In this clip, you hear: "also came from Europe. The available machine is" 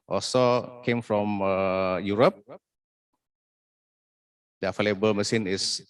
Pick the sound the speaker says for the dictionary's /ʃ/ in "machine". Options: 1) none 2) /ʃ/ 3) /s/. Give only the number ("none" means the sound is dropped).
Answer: 3